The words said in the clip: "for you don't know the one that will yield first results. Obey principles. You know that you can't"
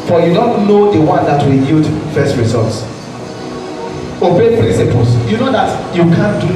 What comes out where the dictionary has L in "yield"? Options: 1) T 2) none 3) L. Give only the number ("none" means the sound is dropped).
2